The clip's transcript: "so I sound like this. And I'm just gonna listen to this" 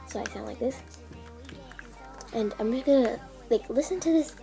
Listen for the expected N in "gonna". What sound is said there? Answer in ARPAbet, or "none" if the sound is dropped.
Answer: none